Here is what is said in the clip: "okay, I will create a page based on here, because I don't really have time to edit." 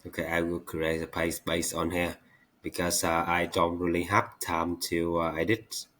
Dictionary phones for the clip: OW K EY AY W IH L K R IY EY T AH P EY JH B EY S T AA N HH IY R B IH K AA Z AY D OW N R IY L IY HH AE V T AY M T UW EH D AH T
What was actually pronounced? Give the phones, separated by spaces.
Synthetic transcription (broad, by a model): OW K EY AY W IH L K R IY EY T AH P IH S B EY S AA N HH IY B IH K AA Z AY D OW N R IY L IY HH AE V T AY M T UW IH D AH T